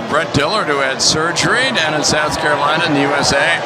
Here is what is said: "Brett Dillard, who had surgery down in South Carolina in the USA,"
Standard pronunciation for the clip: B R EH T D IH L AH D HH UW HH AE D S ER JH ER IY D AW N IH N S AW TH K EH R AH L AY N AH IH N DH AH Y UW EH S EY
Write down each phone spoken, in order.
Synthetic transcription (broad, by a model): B R EH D IH L AH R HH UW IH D S ER JH ER IY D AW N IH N S AW TH K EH R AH L AY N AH IH N DH AH Y UW EH S EY